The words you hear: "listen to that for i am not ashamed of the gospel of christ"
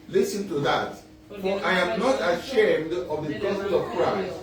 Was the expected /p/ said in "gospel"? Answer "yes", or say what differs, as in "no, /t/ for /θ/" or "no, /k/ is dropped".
no, /p/ is dropped